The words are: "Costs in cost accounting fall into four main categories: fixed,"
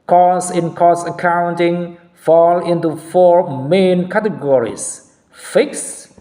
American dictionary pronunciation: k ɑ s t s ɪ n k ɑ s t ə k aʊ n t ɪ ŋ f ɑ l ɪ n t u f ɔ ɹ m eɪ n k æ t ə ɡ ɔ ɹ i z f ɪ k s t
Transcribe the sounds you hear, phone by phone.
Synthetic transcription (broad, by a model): k ɑ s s ɪ n k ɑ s ə k aʊ n t ɪ ŋ f ɑ l ɪ n t u f ɔ ɹ m eɪ n k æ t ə ɡ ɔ ɹ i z f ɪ k s